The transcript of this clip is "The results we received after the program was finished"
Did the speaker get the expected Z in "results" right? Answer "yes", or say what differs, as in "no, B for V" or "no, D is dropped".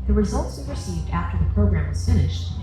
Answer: yes